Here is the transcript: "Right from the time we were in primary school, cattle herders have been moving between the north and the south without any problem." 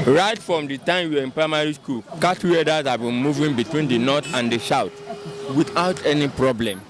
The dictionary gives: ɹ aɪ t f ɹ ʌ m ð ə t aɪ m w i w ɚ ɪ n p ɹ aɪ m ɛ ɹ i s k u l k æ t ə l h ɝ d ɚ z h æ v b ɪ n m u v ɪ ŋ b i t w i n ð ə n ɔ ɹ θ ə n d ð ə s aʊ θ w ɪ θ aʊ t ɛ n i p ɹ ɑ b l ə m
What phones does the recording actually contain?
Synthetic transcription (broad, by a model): ɹ aɪ t f ɹ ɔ m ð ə t aɪ m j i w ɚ ɪ n p ɹ aɪ m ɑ ɹ i s k u l k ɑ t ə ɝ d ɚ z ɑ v b ɪ n m u v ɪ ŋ b i t w i n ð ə n ɔ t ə n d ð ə ʃ aʊ t w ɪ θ aʊ t ɛ n i p ɹ ɑ b l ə m